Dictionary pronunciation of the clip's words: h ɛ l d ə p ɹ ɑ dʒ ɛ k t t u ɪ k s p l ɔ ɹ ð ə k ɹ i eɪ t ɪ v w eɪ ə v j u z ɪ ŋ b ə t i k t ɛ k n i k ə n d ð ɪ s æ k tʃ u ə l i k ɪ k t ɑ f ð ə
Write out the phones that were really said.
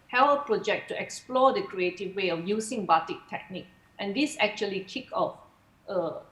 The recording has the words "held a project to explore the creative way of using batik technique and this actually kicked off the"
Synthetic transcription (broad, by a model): h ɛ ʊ ə p ɹ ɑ dʒ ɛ k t t u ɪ k s p l ɔ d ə k ɹ i eɪ t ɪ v w eɪ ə f j u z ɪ ŋ b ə t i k t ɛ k n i k ə n d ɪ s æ k tʃ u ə l i k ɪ k ɑ f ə